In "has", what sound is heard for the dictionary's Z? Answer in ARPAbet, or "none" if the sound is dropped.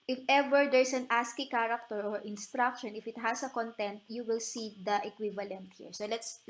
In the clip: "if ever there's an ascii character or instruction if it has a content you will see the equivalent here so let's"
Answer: S